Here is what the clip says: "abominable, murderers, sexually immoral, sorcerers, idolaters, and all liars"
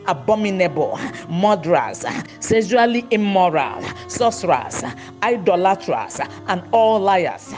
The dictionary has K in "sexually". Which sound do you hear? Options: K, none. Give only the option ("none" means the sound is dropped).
none